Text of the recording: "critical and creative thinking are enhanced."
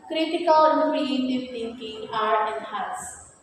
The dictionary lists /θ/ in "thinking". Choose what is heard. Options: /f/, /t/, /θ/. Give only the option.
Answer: /t/